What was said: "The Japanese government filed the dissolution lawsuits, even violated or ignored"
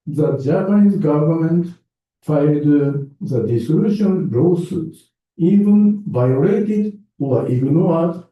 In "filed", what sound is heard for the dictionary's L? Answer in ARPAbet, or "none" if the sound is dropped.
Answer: none